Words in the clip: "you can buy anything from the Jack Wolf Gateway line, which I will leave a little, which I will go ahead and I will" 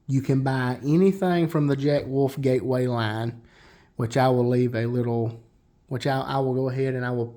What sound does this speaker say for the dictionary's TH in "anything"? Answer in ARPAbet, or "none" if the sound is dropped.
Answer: TH